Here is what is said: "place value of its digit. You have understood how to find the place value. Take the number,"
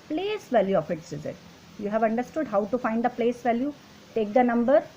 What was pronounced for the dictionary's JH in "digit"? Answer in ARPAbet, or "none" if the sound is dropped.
Z